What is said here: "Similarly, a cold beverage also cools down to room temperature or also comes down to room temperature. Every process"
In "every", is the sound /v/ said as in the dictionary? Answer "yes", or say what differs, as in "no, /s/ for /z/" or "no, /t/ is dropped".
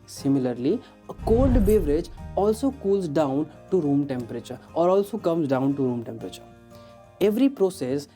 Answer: yes